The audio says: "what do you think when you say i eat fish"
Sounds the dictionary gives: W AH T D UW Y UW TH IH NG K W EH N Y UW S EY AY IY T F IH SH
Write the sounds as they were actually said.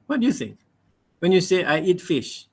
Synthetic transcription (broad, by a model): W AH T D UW Y UW S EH W EH N Y UW S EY AY IY T F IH SH